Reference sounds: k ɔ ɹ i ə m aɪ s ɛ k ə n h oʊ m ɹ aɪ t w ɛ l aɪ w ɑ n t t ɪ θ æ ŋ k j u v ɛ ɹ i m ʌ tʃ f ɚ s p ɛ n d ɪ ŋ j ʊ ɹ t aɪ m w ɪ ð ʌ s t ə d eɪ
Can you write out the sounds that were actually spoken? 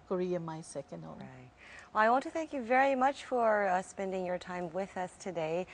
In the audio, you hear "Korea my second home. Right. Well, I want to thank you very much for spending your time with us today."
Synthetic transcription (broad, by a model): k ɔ ɹ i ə m aɪ s ɛ k ə n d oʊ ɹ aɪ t w ɛ l aɪ w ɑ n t t ɪ θ æ ŋ k j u v ɛ ɹ i m ʌ tʃ f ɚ s p ɛ n d ɪ ŋ j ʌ ɹ t aɪ m w ɪ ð ʌ s t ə d eɪ